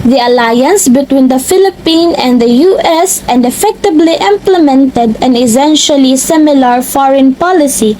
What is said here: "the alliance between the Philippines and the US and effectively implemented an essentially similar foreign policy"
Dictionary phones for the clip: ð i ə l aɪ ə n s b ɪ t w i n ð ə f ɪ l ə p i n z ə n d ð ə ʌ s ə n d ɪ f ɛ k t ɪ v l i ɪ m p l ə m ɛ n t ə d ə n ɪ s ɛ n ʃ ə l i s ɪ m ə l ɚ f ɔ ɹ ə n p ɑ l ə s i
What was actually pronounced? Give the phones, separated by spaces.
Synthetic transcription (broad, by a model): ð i ə l aɪ ə n s b ɪ t w i n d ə f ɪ l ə p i n ə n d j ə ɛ s ə n d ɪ f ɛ k t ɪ b l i ɪ m p l ə m ɛ n t ə d ə n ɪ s ɛ n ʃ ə l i s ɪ m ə l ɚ f ɔ ɹ ə n p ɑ l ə s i